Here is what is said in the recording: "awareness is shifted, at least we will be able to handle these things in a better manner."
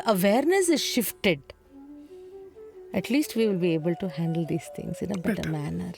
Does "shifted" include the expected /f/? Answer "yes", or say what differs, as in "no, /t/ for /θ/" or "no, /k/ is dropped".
yes